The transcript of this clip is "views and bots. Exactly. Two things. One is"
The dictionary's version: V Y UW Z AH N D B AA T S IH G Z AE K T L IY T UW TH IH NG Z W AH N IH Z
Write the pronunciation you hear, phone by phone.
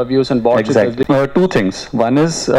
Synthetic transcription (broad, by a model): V Y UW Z AH N D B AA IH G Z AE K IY T UW T IH NG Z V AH N IH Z